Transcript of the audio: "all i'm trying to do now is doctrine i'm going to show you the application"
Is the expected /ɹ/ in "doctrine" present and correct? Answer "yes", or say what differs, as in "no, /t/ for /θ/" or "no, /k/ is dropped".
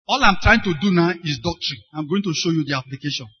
yes